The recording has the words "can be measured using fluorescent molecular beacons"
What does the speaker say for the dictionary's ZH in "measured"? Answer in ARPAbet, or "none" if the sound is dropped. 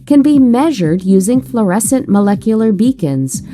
ZH